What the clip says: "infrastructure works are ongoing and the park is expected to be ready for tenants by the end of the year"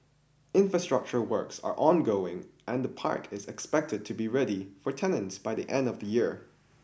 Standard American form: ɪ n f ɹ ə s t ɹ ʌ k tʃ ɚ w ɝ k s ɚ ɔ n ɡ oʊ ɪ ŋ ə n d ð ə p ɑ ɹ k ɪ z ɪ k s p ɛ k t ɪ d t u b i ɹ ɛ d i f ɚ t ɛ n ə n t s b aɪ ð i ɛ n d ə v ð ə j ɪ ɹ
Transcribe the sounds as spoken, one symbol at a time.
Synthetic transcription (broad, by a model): ɪ n f ɹ ə s t ɹ ʌ k tʃ ɚ w ɝ k s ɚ ɔ n ɡ oʊ ɪ ŋ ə n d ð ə p ɑ ɹ k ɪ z ɪ k s p ɛ k t ɪ d t u b i ɹ ɛ d i f ɚ t ɛ n ə n t s b aɪ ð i ɛ n d ə v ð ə j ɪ ɹ